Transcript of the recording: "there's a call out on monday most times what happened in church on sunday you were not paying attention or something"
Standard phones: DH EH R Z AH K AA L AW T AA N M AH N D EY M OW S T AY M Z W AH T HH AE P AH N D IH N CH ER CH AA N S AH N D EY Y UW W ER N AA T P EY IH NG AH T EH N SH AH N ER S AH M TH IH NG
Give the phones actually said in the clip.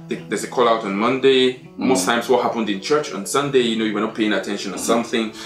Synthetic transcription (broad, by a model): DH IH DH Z AH K AA L AW T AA N M AH N D EY M OW S T AY M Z W AH T HH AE P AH N D IH N CH ER CH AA N S AH N D EY Y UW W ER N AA P EY IH NG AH T EH N SH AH N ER S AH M TH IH NG